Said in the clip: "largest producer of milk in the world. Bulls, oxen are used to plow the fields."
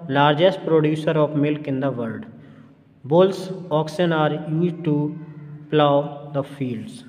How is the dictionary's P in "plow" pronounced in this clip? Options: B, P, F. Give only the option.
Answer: P